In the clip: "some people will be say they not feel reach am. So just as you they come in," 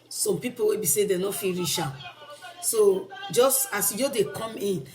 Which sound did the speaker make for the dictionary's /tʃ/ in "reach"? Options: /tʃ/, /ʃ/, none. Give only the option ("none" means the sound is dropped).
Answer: /ʃ/